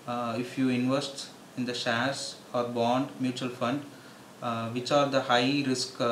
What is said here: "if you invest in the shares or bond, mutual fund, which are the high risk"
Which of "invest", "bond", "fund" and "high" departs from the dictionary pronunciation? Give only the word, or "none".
none